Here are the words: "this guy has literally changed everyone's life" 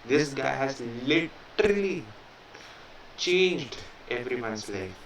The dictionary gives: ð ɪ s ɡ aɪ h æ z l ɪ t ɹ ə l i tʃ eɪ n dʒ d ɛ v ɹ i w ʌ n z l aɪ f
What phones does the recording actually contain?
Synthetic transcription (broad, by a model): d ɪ s ɡ aɪ h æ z l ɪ t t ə l i tʃ eɪ n dʒ d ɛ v ɹ i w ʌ n s l aɪ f